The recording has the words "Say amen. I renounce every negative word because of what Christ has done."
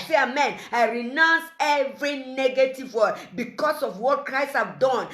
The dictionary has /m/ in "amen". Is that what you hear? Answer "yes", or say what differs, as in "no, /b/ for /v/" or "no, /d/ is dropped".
yes